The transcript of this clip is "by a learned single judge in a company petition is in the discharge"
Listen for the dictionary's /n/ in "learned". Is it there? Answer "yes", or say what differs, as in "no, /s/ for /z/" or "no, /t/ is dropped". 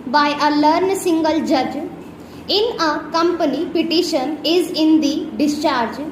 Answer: no, /n/ is dropped